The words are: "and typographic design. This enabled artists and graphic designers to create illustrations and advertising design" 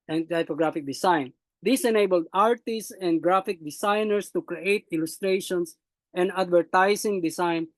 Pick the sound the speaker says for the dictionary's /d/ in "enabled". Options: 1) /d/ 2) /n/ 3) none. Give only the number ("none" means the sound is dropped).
1